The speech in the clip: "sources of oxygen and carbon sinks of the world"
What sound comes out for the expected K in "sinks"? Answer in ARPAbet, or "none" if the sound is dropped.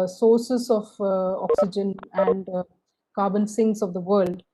none